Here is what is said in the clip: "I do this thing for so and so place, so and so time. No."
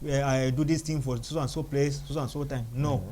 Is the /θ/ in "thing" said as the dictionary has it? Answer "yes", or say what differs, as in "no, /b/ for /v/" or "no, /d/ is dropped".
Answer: no, /t/ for /θ/